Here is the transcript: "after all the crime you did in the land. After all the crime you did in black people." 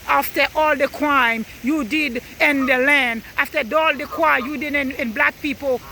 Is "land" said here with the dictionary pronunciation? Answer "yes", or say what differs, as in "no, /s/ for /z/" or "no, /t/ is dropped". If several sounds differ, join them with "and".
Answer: yes